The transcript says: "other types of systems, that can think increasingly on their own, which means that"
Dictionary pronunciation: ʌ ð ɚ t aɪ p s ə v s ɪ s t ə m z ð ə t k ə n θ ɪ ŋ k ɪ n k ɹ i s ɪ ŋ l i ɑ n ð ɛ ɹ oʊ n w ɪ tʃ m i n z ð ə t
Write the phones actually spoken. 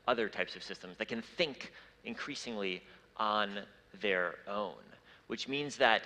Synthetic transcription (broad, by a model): ʌ ð ɚ t aɪ p s ə v s ɪ s t ə m z ð ə t k ə n θ ɪ ŋ k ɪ n k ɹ i s ɪ ŋ l i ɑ n ð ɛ ɹ oʊ n w ɪ tʃ m i n z ð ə t